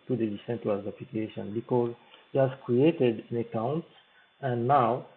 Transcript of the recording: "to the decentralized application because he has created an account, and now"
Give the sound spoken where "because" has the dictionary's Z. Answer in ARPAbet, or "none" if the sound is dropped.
Z